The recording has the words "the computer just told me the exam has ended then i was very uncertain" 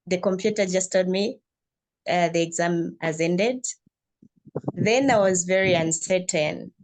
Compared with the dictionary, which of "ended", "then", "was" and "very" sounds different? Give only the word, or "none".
none